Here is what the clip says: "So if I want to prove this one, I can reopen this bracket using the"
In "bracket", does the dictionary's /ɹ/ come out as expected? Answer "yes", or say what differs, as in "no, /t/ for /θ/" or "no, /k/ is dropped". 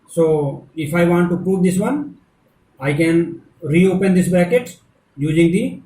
no, /ɹ/ is dropped